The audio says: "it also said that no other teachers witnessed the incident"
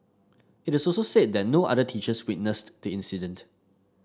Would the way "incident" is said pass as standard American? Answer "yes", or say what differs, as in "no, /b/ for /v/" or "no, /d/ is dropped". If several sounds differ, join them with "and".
yes